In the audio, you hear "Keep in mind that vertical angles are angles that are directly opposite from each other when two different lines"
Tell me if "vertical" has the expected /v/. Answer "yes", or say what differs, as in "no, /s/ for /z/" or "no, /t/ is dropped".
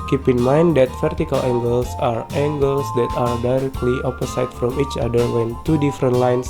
no, /f/ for /v/